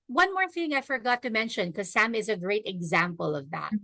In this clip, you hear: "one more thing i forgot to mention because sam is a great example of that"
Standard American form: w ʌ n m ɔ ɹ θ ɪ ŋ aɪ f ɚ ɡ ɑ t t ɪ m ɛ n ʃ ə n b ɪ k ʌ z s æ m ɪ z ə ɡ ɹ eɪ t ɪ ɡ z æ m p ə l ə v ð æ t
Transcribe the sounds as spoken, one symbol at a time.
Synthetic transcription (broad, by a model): w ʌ n m ɔ ɹ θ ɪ ŋ aɪ f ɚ ɡ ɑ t t ɪ m ɛ n ʃ ə n k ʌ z s æ m ɪ z ə ɡ ɹ eɪ t ɪ ɡ z æ m p ə l ə v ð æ t